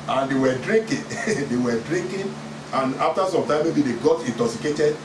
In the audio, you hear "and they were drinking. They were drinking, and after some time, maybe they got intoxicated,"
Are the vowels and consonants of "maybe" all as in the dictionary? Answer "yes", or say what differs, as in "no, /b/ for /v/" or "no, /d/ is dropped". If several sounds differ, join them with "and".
yes